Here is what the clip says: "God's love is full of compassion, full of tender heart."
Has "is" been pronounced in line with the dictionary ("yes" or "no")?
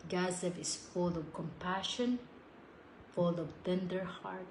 no